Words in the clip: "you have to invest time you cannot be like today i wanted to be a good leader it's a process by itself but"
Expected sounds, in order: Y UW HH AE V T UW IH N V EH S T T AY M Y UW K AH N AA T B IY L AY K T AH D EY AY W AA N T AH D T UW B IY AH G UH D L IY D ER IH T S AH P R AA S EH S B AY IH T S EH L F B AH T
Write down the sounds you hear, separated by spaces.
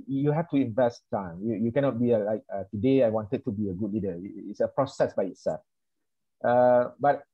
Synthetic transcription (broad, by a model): Y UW HH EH F T UW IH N V EH S T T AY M Y UW K AH N AA T B IY L AY K T AH D EY AY W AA N T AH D T UW B IY AH G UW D L IY D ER IH T S AH P R AA S EH S B AY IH T S EH L F B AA T